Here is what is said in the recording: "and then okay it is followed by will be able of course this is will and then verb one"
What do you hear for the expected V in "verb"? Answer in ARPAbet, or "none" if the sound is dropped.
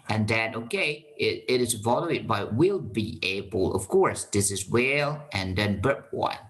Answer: B